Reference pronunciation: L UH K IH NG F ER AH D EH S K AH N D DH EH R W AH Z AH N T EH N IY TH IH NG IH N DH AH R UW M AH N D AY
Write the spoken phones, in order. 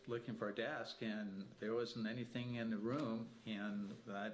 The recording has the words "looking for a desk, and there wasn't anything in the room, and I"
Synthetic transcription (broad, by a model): L UH K IH NG F ER AH D EH S K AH N DH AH R W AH Z N T EH N IY TH IH NG IH N DH AH R UW M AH N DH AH